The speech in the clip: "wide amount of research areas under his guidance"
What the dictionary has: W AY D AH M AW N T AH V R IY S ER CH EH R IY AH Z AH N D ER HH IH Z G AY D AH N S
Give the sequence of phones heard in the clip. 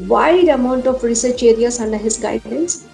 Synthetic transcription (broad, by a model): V AY D AH M AW N T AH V R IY S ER CH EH R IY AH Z AH N D ER HH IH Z G AY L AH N S